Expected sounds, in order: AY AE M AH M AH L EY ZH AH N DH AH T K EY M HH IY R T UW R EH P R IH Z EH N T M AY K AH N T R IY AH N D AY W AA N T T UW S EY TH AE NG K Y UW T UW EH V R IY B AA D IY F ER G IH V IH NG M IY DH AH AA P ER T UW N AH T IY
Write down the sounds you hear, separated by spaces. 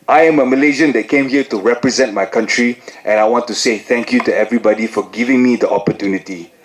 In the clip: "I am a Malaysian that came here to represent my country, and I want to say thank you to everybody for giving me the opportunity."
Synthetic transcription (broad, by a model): AY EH M AH M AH L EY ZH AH N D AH T K EY M HH IY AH T UW R EH P R IH Z EH N T M AY K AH N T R IY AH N AY W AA N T T UW S EY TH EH NG K Y UW T UW EH V R IY B AA D IY F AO G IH V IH NG M IY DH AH AA P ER T UW N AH T IY